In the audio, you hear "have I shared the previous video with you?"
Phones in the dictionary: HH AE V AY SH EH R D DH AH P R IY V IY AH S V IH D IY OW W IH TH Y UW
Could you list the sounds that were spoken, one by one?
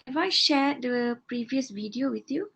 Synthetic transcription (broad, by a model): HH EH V AY SH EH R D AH P R IY V IY AH S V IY D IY OW W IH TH Y UW